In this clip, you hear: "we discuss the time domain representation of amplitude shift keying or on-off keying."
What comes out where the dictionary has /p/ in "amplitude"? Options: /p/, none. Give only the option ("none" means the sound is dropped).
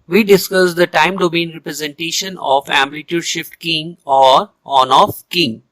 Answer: none